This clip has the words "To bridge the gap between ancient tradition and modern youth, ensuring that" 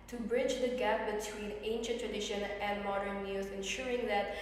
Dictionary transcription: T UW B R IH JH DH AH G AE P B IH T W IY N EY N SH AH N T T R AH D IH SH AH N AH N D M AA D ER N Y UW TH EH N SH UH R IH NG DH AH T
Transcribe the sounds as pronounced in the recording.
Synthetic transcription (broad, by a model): T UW B R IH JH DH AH G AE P B IH T W IY N EY N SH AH N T T R AH D IH SH AH N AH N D M AA D ER N Y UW S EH N SH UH R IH NG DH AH T